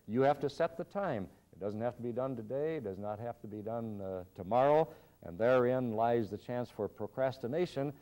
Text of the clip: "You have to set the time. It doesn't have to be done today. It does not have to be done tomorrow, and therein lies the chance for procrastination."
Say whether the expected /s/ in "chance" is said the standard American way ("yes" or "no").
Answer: yes